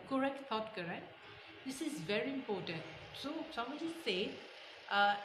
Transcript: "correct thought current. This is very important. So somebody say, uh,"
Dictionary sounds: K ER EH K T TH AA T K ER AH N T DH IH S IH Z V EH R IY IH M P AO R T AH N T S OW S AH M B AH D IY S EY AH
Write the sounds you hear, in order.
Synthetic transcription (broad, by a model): K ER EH K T T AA T K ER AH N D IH S IH Z V EH R IY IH M P AO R T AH N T S OW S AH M AH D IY S EY